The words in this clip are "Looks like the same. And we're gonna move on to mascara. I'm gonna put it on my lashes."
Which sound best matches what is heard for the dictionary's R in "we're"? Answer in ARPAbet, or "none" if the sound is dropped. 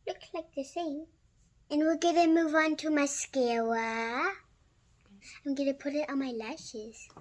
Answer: L